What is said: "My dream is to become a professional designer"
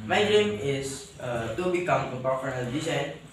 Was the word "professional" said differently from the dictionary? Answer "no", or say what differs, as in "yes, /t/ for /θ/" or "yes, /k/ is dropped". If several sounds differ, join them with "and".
yes, /ʃ/ is dropped